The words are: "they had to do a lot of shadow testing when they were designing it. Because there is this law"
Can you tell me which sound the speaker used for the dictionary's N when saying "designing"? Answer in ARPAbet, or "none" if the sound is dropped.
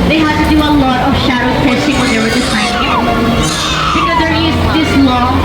none